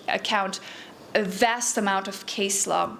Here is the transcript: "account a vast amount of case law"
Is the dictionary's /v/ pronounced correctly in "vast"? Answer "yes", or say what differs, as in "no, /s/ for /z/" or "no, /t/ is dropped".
yes